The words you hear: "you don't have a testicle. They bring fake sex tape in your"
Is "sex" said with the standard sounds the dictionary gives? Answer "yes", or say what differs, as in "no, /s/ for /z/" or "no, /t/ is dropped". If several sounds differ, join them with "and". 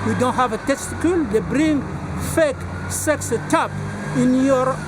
yes